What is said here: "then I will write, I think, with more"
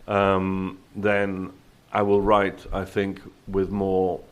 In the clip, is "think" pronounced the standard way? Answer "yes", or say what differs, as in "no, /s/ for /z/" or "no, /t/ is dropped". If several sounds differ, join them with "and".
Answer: yes